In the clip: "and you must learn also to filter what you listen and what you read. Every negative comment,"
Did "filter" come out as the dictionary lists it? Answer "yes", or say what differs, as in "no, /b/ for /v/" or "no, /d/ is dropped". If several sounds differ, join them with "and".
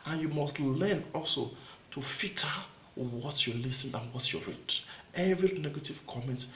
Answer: no, /l/ is dropped